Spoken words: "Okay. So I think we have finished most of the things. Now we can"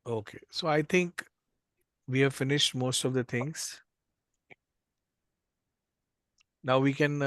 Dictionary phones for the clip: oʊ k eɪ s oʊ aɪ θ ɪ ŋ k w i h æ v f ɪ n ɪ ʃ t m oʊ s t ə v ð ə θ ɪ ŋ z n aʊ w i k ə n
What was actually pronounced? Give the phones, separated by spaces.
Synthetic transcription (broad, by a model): oʊ k eɪ s oʊ aɪ t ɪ ŋ k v i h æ v f ɪ n ɪ ʃ t m oʊ s t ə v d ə t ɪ ŋ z n aʊ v i k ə n